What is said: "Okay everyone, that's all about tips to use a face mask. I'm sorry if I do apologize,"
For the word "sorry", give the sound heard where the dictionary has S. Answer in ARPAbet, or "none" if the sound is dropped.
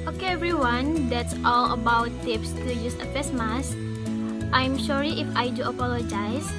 SH